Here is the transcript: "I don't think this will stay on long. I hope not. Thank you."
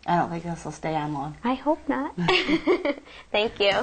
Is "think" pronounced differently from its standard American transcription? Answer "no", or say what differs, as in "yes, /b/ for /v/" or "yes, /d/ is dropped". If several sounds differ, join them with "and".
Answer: yes, /ŋ/ is dropped